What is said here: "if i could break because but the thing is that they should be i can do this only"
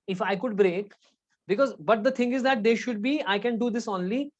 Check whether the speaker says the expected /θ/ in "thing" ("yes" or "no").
no